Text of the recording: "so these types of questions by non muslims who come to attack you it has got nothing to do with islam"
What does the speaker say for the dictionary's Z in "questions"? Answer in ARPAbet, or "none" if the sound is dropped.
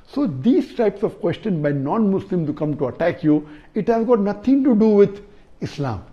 none